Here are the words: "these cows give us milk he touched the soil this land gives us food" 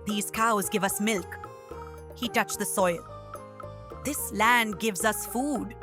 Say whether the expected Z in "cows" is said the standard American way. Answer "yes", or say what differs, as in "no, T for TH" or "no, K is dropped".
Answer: yes